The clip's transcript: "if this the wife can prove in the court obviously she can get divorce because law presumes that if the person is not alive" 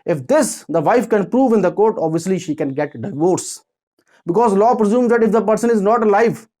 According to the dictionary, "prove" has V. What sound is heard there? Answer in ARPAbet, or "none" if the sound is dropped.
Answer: V